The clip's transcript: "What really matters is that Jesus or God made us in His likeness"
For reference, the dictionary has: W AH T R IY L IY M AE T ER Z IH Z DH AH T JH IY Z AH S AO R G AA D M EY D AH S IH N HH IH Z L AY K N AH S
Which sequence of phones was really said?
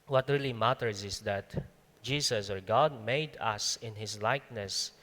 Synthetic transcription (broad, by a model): W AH T R IY L IY M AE T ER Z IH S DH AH T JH IY S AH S AO R G AA D M EY D AH S IH N HH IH S L AY K N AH S